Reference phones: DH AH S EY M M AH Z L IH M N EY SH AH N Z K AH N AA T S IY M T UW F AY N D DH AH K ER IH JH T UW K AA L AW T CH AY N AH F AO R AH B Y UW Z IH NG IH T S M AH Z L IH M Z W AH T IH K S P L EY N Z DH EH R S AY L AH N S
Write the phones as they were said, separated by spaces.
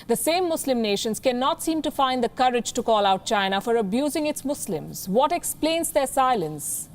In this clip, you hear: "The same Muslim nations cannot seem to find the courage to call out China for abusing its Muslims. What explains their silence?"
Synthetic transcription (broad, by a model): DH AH S EY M M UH S L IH M N EY SH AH N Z K AH N AA T S IY M T UW F AY N D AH K ER IH JH T UW K AA L AW T CH AY N AH F AO R AH B Y UW Z IH NG IH T S M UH S L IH M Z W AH T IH K S P L EY N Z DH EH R S AY L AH N S